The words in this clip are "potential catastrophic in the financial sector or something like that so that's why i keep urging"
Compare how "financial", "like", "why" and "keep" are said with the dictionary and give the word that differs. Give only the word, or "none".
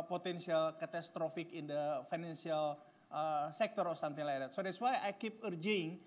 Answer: financial